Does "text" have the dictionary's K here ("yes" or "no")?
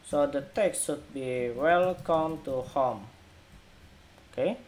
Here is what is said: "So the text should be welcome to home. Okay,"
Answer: yes